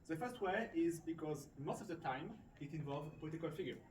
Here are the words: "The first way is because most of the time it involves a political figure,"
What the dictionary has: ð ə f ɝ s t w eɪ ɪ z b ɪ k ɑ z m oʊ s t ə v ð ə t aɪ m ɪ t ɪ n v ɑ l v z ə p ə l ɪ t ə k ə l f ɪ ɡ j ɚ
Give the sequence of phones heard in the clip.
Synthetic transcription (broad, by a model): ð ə f ɝ s t w eɪ ɪ z b ɪ k ɑ z m oʊ s t ə v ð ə t aɪ m ɪ t ɪ n v ɑ l v z ə p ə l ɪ t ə k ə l f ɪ ɡ j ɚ